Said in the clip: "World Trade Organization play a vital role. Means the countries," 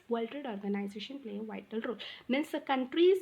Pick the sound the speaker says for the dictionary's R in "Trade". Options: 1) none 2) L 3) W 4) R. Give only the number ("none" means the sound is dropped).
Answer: 1